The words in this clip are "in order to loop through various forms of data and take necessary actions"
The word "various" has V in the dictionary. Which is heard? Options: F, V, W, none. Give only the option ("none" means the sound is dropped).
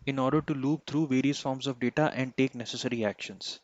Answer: V